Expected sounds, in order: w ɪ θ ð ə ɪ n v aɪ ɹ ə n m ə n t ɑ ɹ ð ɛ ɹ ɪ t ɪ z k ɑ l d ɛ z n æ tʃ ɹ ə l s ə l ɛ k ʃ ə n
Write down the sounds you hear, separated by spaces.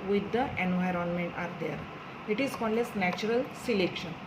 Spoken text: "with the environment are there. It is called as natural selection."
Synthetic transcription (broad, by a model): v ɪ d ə ɪ n v aɪ ɹ ə n m ə n t ɑ ɹ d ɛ ɹ ɪ t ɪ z k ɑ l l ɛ s n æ tʃ ɹ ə l s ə l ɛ k ʃ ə n